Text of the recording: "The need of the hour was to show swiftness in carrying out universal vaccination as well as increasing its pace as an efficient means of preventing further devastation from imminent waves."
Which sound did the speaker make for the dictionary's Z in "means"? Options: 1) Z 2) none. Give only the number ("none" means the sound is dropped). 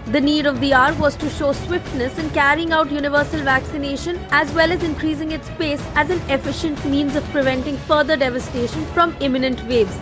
1